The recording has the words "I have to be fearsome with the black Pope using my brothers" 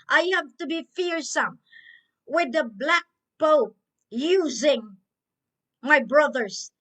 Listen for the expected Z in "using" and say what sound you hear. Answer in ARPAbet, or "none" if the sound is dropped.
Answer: Z